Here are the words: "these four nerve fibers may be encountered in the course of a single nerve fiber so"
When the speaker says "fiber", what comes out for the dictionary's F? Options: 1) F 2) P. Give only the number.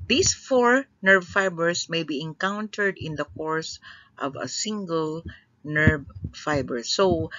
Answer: 1